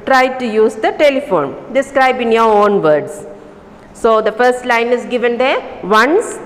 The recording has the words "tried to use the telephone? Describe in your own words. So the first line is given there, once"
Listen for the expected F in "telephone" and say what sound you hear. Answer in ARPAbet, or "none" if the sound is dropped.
F